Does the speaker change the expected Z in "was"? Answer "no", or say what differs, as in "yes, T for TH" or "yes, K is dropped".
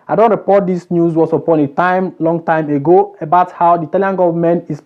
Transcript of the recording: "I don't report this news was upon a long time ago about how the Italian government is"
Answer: yes, S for Z